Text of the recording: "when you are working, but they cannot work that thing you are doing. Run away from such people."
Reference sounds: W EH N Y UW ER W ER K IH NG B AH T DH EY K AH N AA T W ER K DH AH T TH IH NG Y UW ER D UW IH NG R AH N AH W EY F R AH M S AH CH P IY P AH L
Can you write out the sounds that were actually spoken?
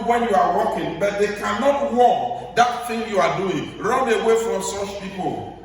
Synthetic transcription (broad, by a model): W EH N Y UW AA W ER K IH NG B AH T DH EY K AH N AA T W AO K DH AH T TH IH NG Y UW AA D UW IH NG R AH N AH W EY F R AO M S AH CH P IY P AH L